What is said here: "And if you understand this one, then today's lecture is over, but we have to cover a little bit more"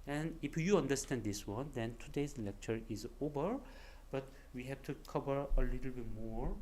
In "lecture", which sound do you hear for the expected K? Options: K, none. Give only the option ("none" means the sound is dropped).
K